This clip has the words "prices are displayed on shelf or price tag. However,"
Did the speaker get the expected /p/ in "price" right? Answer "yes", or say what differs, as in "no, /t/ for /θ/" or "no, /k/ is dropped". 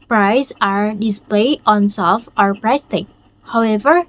yes